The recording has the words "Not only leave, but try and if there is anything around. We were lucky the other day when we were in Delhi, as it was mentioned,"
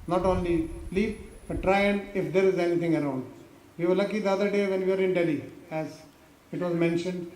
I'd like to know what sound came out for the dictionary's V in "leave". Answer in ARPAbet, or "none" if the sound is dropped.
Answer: P